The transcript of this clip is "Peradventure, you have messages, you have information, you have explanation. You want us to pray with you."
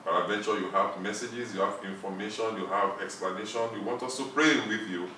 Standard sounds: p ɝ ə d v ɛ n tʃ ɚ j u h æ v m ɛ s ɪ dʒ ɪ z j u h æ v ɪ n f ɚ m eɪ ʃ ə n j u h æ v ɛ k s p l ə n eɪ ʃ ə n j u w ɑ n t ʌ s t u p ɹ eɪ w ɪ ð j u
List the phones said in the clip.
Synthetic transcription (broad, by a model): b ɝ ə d v ɛ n tʃ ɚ j u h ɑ v m ɛ s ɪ dʒ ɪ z j u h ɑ v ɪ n f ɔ m eɪ ʃ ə n j u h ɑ v ɛ k s p l ə n eɪ ʃ ə n j u w ɑ n t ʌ s t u p ɹ eɪ w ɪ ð j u